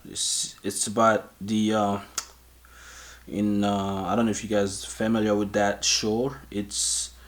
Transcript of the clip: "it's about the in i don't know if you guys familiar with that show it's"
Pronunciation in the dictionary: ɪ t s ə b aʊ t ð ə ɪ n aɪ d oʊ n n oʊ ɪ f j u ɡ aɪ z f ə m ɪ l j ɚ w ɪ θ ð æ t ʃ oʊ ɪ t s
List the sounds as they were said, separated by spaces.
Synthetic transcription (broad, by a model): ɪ t s ə b aʊ t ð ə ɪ n aɪ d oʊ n n oʊ ɪ f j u ɡ aɪ z f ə m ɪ l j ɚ w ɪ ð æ t ʃ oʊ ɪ t s